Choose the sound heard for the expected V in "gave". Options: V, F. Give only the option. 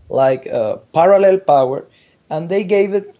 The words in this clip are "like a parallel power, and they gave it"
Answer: V